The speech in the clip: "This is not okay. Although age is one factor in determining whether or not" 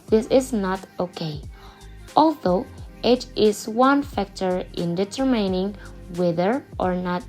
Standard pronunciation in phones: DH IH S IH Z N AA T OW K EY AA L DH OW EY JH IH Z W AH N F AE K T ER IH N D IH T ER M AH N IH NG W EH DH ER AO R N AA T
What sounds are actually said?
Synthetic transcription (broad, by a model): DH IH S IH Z N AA T OW K EY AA L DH OW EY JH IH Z W AH N F AE K T ER IH N D IH T ER M AH N IH NG W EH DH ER AO R N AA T